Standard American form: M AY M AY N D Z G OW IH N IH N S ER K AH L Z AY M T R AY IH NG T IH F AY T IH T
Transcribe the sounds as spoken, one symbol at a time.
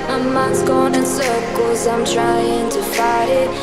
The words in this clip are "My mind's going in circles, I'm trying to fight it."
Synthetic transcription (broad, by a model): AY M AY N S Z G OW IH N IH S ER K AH Z AY M T R AY IH NG T IH F AY T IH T